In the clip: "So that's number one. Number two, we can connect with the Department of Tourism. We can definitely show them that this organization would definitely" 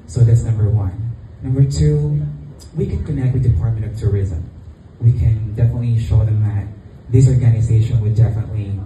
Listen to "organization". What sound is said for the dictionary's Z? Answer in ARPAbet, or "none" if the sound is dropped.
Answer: Z